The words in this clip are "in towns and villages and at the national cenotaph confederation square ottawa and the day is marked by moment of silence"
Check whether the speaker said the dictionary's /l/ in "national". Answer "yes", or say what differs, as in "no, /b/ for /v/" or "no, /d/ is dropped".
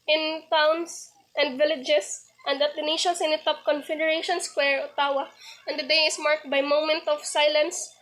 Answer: no, /n/ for /l/